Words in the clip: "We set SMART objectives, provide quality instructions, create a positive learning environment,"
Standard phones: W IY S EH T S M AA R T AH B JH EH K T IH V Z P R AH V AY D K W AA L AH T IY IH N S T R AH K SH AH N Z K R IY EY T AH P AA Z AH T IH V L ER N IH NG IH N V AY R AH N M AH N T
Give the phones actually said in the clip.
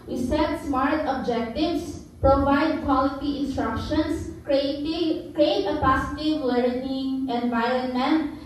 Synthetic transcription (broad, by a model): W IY S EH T S M AA R T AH B JH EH K T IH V S P R AH V AY D K W AA L AH T IY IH N S T R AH K SH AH N S K R IY EY T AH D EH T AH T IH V W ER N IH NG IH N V AY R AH N M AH N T